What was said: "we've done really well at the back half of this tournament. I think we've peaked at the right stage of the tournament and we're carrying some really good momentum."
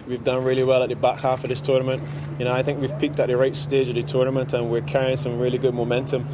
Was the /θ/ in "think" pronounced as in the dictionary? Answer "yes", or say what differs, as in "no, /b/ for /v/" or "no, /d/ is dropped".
yes